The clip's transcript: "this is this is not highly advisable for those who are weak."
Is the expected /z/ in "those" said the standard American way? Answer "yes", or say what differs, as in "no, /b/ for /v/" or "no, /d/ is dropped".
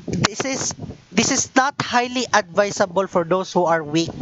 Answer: no, /s/ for /z/